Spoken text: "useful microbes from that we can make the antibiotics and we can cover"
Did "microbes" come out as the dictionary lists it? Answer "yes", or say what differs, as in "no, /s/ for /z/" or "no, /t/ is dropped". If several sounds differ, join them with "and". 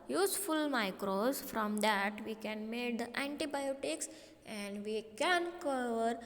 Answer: no, /b/ is dropped